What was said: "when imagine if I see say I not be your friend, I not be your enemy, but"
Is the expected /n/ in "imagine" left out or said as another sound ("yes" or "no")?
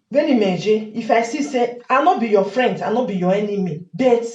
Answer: yes